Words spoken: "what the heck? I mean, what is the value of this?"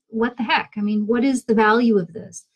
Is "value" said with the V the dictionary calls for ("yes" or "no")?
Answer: yes